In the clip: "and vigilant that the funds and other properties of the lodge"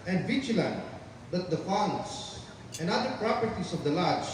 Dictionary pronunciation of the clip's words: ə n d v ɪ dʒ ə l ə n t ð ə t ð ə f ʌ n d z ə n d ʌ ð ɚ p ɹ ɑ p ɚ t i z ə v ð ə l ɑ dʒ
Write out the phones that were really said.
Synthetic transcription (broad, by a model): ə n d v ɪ tʃ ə l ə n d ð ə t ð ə f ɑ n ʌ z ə n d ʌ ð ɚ p ɹ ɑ p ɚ t i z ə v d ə l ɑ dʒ